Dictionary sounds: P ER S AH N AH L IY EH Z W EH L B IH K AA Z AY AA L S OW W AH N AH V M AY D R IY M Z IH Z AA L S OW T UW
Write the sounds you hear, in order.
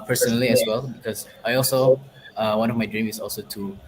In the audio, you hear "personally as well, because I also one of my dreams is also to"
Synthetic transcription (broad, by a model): P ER S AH N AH L IY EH S W EH L B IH K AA S AY AA L S OW W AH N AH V M AY D R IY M IH S AA L S OW T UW